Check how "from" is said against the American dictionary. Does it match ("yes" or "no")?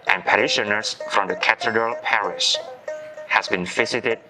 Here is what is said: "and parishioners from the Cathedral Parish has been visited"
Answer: yes